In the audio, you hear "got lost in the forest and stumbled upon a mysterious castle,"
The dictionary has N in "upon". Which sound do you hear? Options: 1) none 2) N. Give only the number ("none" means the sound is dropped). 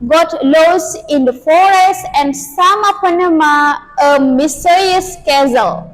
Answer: 1